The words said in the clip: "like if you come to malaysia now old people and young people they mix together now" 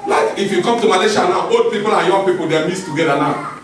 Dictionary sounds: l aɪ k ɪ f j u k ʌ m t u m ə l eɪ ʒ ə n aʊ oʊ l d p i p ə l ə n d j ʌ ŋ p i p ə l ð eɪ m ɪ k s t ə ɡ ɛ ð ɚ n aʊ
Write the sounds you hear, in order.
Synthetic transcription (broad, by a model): l aɪ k ɪ f j u k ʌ m t u m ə l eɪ ʃ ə n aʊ oʊ l d p i p ə l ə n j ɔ p i p ə l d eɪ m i s t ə ɡ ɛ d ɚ n aʊ